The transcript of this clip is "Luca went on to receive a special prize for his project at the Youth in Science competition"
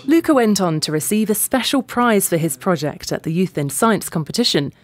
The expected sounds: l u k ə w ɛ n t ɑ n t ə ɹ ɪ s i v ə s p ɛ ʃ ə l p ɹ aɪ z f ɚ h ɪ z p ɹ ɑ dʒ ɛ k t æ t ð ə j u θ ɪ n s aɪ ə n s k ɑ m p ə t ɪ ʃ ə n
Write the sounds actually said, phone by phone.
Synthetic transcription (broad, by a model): l u k ə w ɛ n t n t ə ɹ ɪ s i v ə s p ɛ ʃ ə l p ɹ aɪ z f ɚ ɪ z p ɹ ɑ dʒ ɛ k t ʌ t ð ə j u θ ɪ n s aɪ ə n s k ɑ m p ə t ɪ ʃ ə n